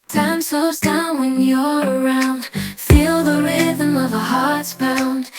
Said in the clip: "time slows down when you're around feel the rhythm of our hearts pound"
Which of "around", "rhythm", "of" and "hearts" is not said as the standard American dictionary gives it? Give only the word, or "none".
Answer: none